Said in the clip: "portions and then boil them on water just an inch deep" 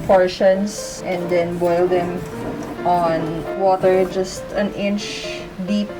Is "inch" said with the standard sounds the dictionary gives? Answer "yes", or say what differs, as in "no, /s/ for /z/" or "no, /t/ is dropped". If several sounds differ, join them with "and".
yes